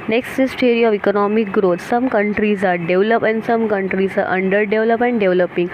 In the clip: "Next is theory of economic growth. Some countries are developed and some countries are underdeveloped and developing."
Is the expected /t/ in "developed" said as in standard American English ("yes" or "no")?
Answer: no